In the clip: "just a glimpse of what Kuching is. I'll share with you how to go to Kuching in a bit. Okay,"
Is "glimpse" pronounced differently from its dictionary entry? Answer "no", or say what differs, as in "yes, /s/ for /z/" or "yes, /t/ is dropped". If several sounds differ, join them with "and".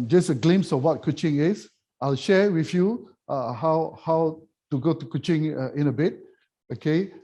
yes, /p/ is dropped